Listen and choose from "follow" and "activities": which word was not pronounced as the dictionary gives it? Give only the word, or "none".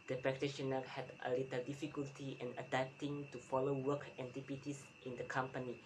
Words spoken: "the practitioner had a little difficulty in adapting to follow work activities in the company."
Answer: activities